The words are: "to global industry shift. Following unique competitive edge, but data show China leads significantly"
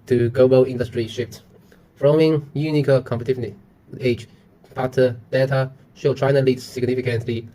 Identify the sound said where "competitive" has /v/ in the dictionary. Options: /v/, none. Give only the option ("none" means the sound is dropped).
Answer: none